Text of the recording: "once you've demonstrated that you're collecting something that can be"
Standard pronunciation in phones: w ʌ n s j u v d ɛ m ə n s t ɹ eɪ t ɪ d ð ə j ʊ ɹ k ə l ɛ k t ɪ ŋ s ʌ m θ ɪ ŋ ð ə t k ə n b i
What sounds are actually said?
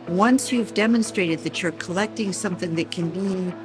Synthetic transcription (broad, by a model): w ʌ n s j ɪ v d ɛ m ə n s t ɹ eɪ t ɪ d ð ə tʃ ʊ ɹ k ə l ɛ k t ɪ ŋ s ʌ m θ ɪ ŋ ð ə t k ə n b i